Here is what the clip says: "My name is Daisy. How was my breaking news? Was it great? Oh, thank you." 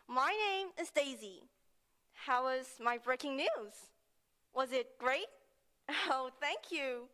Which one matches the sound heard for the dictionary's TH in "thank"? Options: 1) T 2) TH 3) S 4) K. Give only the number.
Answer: 2